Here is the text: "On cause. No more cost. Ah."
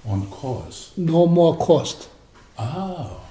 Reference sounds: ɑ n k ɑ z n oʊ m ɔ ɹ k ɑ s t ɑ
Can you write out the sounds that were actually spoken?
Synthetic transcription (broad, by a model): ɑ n k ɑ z n oʊ m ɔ k ɑ s t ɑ